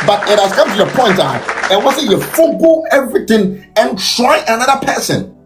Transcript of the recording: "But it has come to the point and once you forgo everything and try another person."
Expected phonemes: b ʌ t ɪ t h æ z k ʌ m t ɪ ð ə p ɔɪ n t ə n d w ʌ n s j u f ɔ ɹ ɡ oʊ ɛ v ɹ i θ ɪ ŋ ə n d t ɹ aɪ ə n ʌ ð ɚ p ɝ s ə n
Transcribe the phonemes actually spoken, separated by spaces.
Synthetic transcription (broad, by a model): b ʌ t ɪ t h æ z k ʌ m t ɪ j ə p ɔɪ n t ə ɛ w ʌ s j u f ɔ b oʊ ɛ v ɹ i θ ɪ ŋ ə n t ɹ aɪ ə n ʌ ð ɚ p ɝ s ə n